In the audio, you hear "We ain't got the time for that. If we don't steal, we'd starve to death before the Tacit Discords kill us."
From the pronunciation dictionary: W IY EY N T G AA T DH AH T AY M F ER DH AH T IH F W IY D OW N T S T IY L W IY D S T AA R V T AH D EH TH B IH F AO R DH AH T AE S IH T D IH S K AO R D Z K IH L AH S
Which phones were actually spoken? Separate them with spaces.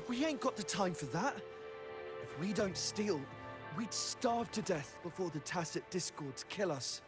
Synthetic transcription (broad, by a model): W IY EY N G AA T DH AH T AY M F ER DH AH T IH F W IY D OW N T S T IY L W IY D S T AA R V T AH D EH TH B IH F AO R DH AH T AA S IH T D IH S K AO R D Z K IH L AH S